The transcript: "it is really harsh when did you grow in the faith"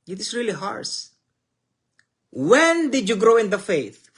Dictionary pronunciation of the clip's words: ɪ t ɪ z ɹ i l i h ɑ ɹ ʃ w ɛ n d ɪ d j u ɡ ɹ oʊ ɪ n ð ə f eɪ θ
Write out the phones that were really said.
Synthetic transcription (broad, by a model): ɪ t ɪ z ɹ i l i h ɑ ɹ s w ɛ n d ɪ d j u ɡ ɹ oʊ ɪ n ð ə f eɪ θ